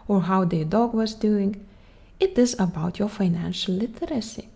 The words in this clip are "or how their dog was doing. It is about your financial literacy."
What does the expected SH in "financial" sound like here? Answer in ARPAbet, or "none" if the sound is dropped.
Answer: SH